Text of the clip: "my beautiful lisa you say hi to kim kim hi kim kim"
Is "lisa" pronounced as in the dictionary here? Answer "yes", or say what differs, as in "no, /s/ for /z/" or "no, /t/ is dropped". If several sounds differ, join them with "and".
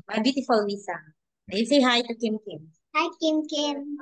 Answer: no, /w/ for /l/